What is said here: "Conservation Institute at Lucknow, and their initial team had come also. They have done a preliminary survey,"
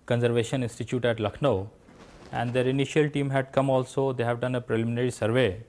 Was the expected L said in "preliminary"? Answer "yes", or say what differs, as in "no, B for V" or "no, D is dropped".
yes